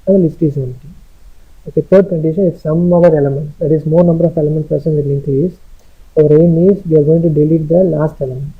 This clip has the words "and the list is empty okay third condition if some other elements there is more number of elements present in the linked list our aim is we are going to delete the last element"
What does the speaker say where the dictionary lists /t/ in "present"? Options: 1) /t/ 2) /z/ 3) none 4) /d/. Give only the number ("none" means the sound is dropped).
3